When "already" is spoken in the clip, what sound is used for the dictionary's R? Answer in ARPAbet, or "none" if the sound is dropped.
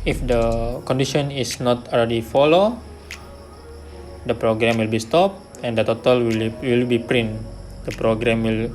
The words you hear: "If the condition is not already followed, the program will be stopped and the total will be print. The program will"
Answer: L